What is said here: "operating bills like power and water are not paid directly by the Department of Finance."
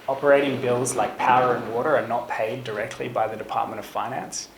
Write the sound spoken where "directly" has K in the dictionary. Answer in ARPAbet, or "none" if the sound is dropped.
K